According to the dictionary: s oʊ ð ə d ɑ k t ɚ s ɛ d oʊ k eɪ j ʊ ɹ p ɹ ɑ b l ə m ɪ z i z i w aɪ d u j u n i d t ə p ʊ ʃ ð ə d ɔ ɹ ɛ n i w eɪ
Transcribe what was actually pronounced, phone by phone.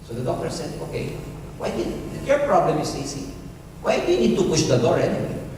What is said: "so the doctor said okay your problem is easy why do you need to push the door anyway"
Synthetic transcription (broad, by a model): s oʊ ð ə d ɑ k t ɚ s ɛ d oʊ k eɪ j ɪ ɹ p ɹ ɑ b l ə m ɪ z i s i w aɪ d u j u n i d t ə p ʊ ʃ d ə d ɔ ɹ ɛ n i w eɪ